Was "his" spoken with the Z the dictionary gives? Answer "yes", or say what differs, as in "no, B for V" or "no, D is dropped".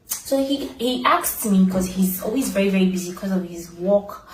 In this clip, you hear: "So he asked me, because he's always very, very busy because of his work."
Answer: yes